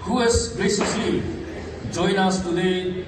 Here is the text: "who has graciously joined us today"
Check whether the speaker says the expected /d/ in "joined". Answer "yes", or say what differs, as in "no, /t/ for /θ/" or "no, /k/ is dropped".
no, /d/ is dropped